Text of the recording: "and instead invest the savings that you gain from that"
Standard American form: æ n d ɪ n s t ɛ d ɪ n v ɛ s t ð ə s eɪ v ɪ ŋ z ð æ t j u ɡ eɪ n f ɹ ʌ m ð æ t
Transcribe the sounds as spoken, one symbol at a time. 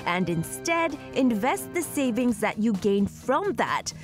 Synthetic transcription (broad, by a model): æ n d ɪ n s t ɛ d ɪ n v ɛ s t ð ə s eɪ v ɪ ŋ z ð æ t j u ɡ eɪ n f ɹ ʌ m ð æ t